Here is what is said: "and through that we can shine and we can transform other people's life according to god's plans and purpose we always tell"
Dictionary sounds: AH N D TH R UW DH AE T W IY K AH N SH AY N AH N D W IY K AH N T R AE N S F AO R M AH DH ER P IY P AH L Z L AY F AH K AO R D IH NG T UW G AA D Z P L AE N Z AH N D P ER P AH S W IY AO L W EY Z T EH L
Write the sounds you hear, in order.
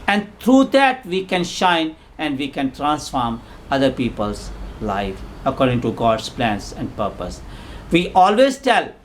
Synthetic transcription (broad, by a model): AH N D T R UW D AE T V IY K AH N SH AY N AH N D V IY K AH N T R AE N S F AO R M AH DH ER P IY P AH L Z L AY F AH K AO R D IH NG T UW G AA D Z P L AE N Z AH N D P ER P AH S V IY AO L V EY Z T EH L